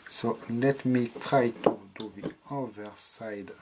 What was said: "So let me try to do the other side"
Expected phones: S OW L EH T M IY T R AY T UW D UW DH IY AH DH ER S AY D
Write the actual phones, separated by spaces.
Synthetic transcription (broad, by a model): S OW L EH T M IY T R AY T UW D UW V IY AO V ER S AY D